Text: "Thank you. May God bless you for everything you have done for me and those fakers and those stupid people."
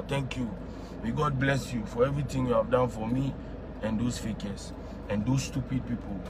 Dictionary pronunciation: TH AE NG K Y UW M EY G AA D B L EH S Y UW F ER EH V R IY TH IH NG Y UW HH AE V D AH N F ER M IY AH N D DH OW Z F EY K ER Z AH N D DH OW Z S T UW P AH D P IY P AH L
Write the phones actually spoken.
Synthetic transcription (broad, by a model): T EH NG K Y UW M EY G AA D B L EH S Y UW F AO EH V R IY T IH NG Y UW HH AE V D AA N F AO M IY AH N D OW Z F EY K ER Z AH N D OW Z S T UW P AH D P IY P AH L